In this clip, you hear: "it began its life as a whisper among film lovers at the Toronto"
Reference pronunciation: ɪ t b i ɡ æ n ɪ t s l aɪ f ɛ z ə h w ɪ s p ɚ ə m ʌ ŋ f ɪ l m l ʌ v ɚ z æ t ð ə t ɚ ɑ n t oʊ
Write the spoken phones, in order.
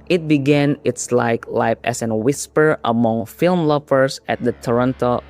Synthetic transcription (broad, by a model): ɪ t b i ɡ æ n ɪ t s l aɪ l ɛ s ə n w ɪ s p ɚ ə m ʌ ŋ f ɪ l m l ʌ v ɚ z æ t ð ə t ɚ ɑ n t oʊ